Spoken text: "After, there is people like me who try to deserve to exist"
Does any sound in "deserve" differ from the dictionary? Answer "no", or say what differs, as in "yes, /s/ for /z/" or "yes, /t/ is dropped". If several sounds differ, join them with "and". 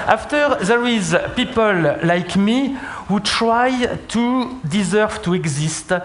no